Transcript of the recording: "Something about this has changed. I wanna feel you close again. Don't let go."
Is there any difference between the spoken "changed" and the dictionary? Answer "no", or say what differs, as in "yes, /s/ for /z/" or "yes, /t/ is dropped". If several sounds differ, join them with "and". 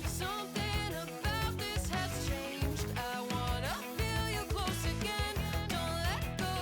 no